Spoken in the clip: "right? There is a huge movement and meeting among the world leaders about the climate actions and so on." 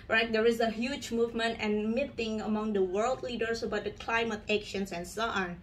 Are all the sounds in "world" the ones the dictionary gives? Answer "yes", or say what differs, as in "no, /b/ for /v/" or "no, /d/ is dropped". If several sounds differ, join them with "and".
yes